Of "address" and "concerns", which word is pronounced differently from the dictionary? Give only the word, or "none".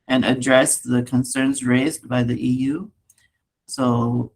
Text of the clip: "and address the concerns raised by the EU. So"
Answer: none